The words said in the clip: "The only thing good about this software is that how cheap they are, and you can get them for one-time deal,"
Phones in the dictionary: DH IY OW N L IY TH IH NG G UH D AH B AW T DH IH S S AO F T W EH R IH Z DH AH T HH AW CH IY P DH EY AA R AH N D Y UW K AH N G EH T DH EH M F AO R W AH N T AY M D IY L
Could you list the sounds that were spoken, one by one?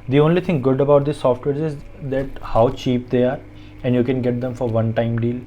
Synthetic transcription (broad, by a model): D IY OW N L IY T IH NG G UH D AH B AW T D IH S S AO F T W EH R IH Z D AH T HH AW CH IY P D EY AA R AH N D Y UW K AH N G EH T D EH M F AO R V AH N T AY M D IY L